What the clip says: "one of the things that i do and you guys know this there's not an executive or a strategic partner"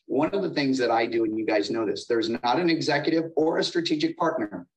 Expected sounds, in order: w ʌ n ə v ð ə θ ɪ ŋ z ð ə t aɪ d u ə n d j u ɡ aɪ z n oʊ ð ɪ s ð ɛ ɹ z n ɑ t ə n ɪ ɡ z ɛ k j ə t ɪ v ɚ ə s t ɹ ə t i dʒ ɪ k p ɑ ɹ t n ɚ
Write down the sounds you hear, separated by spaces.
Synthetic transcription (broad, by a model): w ʌ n ə v ð ə θ ɪ ŋ z ð ə t aɪ d u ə n j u ɡ aɪ z n oʊ ð ɪ s ð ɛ ɹ z n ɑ t ə n ɪ ɡ z ɛ k j ə t ɪ v ɚ ə s t ɹ ə t i dʒ ɪ k p ɑ ɹ t n ɚ